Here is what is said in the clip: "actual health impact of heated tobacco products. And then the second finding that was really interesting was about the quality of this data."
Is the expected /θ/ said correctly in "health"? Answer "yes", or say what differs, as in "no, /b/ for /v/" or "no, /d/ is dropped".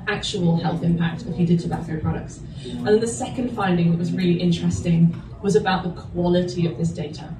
yes